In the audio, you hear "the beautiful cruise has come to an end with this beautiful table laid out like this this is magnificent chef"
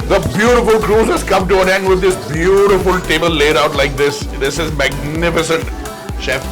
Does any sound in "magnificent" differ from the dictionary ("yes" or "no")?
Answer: no